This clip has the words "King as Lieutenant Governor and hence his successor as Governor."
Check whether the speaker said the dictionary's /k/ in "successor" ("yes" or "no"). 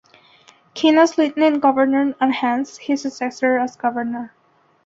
no